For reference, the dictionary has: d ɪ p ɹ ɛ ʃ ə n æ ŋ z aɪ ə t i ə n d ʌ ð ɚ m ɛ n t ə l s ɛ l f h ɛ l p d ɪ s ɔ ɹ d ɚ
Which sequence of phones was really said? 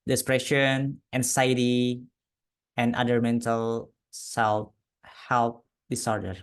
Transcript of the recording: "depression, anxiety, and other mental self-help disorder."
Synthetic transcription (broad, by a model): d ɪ p ɹ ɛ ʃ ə n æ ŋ s aɪ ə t i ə n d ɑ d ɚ m ɛ n t ə l s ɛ l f h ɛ l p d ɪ s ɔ ɹ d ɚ